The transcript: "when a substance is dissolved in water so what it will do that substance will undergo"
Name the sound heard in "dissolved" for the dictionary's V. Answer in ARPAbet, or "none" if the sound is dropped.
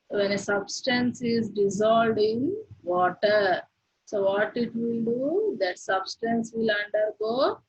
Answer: none